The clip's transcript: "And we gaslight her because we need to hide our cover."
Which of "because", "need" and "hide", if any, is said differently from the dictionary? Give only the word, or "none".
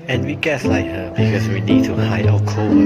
hide